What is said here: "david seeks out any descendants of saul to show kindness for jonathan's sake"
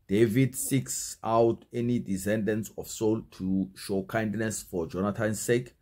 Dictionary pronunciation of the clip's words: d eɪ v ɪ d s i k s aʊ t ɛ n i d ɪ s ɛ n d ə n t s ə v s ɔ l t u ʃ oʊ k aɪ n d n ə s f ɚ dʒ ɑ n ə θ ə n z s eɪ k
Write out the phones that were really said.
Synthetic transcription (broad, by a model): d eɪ v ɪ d s i k s aʊ t ɛ n i d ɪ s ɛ n d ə n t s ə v s ɔ l t u ʃ oʊ k aɪ n d n ə s f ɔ dʒ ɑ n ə t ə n s eɪ k